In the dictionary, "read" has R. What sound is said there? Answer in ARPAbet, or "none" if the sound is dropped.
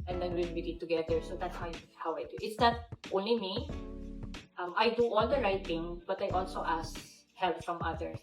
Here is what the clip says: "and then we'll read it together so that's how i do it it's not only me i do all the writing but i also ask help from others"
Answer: W